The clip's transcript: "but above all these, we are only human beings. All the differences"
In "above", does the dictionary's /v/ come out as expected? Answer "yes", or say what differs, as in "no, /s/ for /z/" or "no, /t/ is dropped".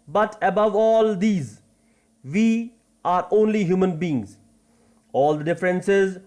yes